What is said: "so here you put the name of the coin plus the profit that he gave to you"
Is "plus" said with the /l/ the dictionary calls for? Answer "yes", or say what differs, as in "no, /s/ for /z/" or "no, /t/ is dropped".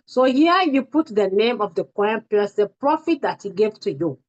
no, /l/ is dropped